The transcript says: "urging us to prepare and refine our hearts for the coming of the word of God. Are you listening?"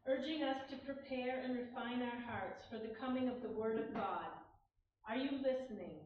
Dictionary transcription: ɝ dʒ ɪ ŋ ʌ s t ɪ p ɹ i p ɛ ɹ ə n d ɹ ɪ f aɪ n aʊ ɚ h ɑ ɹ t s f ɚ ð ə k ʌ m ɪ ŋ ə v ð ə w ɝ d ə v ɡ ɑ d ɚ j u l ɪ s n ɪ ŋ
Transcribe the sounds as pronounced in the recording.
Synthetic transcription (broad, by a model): ɝ dʒ ɪ ŋ ʌ s t ɪ p ɹ i p ɛ ɹ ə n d ɹ ɪ f aɪ n aʊ ɚ h ɑ ɹ t s f ɚ ð ə k ʌ m ɪ ŋ ə v ð ə w ɝ d ə v ɡ ɑ d ɚ j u l ɪ s n ɪ ŋ